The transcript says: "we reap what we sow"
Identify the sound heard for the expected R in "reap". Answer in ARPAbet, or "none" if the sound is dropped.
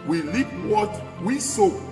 L